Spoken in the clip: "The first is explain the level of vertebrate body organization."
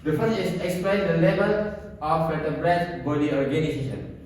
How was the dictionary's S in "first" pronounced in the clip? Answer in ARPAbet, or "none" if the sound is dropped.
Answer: none